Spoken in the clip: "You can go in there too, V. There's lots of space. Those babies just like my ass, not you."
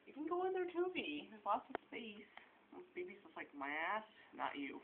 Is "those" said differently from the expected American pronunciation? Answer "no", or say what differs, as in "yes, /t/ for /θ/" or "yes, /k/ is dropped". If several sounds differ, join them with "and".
yes, /s/ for /z/